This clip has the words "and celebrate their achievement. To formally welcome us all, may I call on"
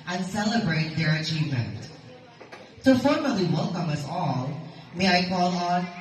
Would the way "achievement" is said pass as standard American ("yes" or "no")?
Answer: yes